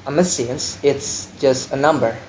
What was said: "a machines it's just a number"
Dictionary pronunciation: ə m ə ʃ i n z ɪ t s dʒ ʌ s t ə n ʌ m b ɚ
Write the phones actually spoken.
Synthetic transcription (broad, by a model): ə m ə s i n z ɪ t s dʒ ʌ s t ə n ʌ m b ɚ